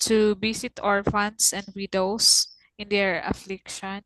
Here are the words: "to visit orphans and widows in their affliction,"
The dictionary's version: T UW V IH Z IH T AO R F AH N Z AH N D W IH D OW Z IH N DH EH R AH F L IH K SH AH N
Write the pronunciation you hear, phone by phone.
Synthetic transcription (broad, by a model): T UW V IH S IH T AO R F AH N S AH N D W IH D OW S IH N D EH R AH F L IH K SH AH N